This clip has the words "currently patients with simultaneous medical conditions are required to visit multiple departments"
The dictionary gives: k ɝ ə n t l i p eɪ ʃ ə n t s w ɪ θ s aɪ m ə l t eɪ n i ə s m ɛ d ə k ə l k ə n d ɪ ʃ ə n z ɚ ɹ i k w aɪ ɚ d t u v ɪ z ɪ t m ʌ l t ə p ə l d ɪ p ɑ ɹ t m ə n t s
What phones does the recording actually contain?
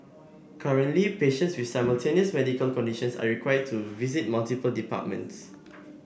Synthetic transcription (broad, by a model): k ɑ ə n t l i p eɪ ʃ ə n t s w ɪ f s aɪ m ə l t eɪ n i ə s m ɛ d ə k ə l k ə n d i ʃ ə n s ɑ ɹ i k w aɪ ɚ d t u v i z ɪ t m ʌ l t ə p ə l d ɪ p ɑ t m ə n t s